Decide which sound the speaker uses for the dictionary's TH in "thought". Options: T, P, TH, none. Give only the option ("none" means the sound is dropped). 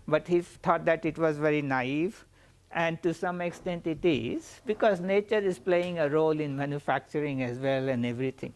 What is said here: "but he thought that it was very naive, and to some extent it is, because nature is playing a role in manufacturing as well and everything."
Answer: T